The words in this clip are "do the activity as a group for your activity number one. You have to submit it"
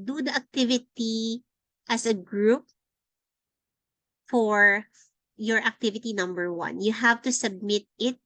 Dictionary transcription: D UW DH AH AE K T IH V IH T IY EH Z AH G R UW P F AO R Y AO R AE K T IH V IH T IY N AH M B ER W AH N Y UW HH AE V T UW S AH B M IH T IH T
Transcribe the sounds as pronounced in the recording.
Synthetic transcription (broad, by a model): D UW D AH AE K T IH V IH T IY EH S AH G R UW P F AO R Y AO R AE K T IH V IH T IY N AH M B ER W AH N Y UW HH AE V T UW S AH B M IH T IH T